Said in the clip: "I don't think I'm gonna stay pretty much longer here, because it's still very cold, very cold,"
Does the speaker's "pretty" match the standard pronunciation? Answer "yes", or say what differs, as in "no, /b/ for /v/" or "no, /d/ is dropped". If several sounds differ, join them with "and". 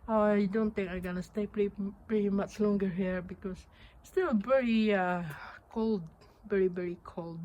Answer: yes